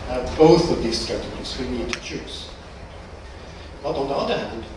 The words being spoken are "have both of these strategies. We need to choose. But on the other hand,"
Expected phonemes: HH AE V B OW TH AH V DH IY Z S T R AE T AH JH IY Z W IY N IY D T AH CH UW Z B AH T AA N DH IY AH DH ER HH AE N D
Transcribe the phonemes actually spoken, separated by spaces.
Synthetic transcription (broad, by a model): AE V B OW TH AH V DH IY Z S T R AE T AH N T S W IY N IY D T AH CH UW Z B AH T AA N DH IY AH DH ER HH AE N D